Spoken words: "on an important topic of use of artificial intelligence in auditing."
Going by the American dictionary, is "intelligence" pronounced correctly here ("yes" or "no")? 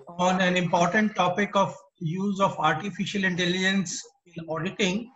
yes